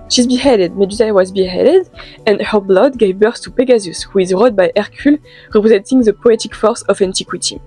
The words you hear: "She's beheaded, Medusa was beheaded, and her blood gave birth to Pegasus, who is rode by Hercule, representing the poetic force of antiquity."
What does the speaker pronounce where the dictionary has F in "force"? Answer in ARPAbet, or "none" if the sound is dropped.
F